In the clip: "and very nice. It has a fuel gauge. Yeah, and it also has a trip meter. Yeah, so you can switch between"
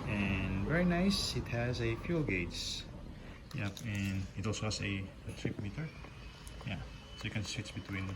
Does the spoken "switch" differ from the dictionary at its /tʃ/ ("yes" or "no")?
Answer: yes